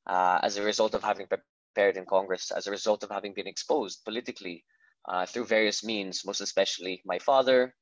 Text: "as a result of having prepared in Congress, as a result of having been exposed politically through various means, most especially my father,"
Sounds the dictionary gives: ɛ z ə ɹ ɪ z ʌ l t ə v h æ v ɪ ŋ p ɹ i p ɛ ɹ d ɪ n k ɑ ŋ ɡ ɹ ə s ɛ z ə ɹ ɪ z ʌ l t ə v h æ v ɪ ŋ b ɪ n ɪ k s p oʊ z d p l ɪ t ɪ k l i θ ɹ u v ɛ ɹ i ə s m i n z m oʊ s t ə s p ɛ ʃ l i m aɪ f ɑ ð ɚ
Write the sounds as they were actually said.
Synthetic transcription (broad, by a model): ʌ z ə ɹ ɪ z ʌ l t ə v h æ v ɪ ŋ p ɹ i p ɛ ɹ d ɪ n k ɑ ŋ ɡ ɹ ə s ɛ z ə ɹ ɪ z ʌ l t ə v h æ v ɪ ŋ b ɪ n ɪ k s p oʊ z d p l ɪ t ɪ k l i θ ɹ u v ɛ ɹ i ə s m i n z m oʊ s t ə s p ɛ ʃ l i m aɪ f ɑ ð ɚ